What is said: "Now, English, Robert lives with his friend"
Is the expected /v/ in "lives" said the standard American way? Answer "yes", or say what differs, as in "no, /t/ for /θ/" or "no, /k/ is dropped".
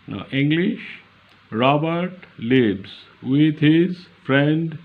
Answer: no, /b/ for /v/